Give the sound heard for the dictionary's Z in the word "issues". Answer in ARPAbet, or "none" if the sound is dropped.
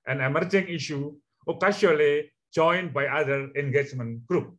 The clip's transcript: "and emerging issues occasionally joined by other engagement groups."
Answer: none